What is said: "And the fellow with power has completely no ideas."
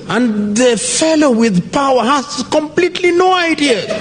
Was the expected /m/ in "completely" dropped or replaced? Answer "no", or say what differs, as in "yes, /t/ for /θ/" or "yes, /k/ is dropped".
no